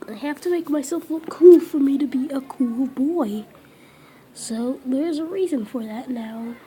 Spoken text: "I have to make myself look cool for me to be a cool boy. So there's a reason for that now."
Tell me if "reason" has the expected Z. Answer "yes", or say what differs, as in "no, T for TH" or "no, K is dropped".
yes